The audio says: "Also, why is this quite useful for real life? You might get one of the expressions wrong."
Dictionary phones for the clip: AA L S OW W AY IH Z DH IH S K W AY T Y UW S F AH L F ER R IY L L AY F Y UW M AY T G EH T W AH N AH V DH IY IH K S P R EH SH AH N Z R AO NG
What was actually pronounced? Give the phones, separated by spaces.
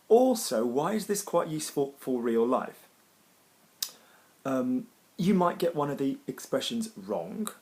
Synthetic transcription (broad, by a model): AA L S OW W AY IH Z DH IH S K W AY T Y UW S F AH L F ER R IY L L AY F Y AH M AY T G EH T W AH N AH V DH IY IH K S P R EH SH AH N Z R AO NG